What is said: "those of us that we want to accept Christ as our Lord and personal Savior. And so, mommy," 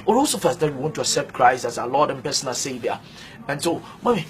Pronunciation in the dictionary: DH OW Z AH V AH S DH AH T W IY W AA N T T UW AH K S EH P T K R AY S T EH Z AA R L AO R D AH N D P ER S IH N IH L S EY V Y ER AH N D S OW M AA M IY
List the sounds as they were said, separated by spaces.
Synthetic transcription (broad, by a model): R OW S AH F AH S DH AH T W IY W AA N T T UW AH K S EH P T K R AY S T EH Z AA L AO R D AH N P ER S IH N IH L S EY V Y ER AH N S OW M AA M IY